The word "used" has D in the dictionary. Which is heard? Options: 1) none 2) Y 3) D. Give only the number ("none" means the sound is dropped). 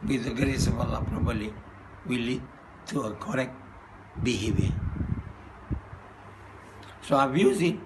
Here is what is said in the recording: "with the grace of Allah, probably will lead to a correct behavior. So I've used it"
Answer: 1